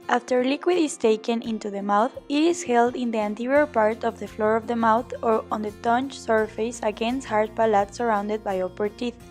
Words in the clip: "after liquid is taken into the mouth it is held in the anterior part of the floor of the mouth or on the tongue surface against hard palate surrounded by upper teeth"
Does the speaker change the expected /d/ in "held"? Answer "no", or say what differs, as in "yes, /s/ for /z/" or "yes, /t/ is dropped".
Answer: no